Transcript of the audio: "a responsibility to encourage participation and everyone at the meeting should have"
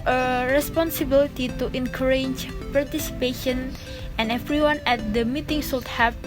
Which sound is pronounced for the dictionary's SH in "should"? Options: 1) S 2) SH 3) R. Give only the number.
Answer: 1